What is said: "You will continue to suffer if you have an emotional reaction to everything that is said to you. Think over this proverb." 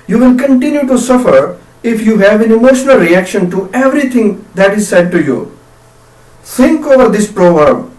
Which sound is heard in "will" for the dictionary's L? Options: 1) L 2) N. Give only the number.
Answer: 2